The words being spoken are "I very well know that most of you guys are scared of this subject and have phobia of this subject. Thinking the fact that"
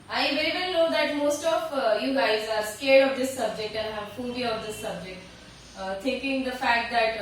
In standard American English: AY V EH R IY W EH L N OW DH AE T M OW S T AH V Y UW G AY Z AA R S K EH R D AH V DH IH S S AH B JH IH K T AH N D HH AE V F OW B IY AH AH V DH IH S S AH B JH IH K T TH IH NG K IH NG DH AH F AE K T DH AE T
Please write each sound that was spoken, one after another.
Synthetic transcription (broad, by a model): AY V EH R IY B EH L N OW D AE T M OW S T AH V Y UW G AY Z AA R S K EH R D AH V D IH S S AH B JH IH K T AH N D HH AE V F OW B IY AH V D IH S S AH B JH IH K T T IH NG K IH NG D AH F AE K T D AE T